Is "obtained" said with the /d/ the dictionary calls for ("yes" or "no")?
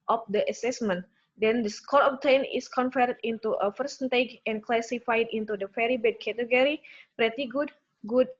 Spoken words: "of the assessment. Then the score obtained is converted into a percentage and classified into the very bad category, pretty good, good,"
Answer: no